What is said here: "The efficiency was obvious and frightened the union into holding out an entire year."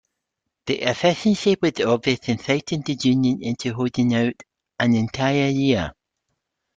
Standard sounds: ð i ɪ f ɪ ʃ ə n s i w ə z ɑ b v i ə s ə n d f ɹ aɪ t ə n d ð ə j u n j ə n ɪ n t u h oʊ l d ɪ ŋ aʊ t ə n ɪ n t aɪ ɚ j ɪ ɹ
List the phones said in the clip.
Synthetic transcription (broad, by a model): ð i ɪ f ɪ ʃ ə n ʃ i w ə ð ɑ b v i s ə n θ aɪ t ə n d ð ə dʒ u n j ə n ɪ n t u h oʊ d ɪ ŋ aʊ t ə n ɪ n t aɪ ɚ j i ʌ